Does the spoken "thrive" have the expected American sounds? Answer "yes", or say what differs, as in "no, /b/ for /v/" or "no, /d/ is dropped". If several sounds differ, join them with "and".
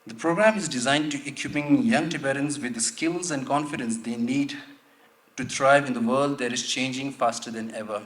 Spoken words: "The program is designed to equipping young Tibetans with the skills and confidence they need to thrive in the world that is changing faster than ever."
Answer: no, /t/ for /θ/